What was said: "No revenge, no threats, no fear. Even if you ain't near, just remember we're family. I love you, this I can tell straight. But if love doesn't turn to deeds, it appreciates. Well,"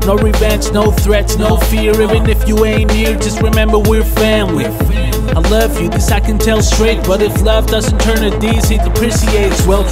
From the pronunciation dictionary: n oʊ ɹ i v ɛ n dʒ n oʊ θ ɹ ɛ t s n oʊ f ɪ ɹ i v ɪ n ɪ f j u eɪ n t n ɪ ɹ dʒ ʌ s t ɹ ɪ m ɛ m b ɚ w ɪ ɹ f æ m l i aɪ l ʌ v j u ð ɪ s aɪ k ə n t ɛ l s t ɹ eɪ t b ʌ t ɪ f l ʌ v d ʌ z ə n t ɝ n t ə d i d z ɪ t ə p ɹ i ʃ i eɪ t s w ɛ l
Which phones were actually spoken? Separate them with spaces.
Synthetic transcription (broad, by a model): n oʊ ɹ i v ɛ n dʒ n oʊ θ ɹ ɛ t s n oʊ f ɪ ɹ i v ɪ n ɪ f j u eɪ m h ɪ ɹ dʒ ʌ s t ɹ ɪ m ɛ m b ɚ w ɪ ɹ f æ m l i aɪ l ʌ v j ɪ ð ɪ s aɪ k ə n t ɛ l s t ɹ eɪ t b ʌ t ɪ f l ʌ v d ʌ z ə n t ɝ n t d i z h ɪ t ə p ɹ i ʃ i eɪ t s w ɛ l